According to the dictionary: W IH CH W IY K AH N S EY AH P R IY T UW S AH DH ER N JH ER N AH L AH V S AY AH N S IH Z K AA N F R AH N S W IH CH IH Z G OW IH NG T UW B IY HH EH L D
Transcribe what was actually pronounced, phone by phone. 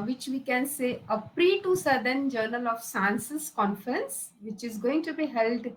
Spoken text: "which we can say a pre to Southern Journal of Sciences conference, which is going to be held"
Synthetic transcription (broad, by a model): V IH CH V IY K AH N S EY AH P R IY T UW S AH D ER N JH ER N AH L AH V S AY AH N S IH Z K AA N F R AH N S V IH CH IH Z G OW IH NG T UW B IY HH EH L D